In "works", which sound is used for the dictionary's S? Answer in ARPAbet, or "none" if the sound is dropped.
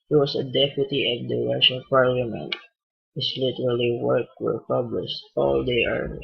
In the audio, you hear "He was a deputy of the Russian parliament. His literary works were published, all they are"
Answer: none